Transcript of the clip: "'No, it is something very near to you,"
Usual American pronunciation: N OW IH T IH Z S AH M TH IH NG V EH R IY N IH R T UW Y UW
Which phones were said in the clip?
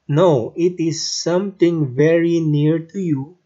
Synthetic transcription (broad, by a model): N OW IH T IH Z S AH M T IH NG V EH R IY N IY R T UW Y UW